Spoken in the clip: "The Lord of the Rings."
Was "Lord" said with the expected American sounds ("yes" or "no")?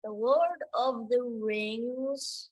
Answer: no